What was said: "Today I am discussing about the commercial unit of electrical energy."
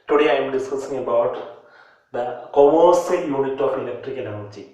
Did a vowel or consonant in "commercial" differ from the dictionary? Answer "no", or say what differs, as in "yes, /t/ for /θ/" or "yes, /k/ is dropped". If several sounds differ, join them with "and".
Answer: yes, /s/ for /ʃ/